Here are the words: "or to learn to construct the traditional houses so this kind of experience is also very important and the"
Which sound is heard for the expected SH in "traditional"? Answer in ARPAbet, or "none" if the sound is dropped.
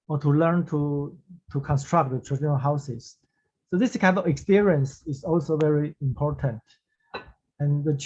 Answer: none